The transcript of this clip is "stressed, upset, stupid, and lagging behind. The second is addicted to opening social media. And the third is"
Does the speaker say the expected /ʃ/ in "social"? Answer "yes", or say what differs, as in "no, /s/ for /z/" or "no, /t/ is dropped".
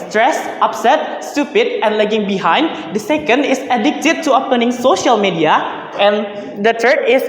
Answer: yes